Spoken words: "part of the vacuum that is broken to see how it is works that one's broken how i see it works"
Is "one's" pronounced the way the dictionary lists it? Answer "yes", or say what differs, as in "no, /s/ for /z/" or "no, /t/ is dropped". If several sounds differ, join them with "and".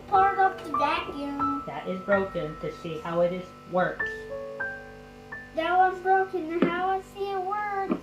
no, /n/ is dropped